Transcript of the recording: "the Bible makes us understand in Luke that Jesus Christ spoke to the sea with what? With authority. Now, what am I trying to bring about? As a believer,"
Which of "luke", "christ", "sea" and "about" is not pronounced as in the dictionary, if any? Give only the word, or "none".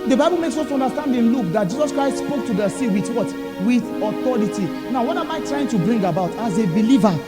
none